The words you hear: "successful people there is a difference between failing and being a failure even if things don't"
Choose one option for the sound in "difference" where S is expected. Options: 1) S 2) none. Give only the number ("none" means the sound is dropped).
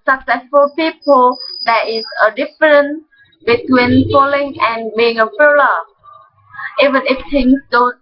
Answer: 2